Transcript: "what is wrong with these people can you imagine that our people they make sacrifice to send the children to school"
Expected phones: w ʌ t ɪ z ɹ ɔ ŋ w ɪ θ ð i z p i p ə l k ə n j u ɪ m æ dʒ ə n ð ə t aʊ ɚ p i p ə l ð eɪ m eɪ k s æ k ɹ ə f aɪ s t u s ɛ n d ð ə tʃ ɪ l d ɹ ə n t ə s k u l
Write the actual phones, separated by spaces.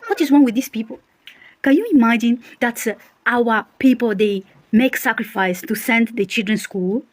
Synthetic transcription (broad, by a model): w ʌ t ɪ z w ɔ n w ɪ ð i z p i p ə l k ə n j u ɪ m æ dʒ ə n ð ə t aʊ ɚ p i p ə l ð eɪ m eɪ k s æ k ɹ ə f aɪ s t u s ɛ n d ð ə tʃ ɪ l d ɹ ə n s k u l